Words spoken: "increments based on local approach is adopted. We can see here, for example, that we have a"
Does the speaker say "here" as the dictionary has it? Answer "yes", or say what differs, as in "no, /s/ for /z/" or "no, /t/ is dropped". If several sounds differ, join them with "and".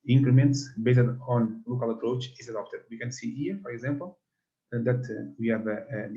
yes